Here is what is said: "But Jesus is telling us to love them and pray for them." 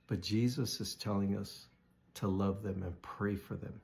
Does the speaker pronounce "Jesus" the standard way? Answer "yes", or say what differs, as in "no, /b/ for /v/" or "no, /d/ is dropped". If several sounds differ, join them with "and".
yes